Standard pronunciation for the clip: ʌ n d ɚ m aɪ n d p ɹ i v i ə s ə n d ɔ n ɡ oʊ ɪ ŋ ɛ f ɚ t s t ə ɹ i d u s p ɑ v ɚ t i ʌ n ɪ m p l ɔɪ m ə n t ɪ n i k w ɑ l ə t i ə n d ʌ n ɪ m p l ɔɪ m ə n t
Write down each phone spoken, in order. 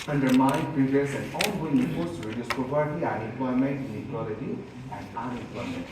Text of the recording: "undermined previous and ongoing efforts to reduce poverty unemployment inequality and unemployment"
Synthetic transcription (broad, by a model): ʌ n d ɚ m aɪ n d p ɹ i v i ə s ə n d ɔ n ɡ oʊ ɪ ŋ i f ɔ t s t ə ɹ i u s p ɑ p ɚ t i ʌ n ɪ m p l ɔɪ m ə n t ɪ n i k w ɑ l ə t i ə n d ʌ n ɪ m p l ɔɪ m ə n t